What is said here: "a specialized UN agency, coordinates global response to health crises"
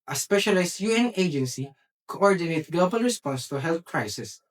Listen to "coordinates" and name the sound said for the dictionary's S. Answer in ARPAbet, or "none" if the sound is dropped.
none